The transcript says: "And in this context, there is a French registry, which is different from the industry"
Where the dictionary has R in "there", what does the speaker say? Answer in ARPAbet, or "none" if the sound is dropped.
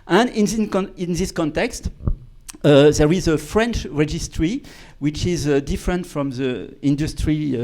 R